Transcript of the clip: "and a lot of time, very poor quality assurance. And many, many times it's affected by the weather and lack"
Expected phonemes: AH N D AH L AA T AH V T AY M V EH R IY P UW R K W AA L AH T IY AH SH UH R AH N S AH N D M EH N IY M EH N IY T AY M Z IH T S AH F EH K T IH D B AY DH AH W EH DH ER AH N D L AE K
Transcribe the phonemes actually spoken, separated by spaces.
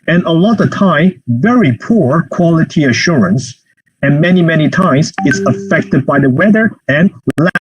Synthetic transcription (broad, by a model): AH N AH L AA T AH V T AY M V EH R IY P UW R K W AA L AH T IY AH SH UH R AH N S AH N M EH N IY M EH N IY T AY M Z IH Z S AH F EH K T IH D B AY DH AH W EH DH ER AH N L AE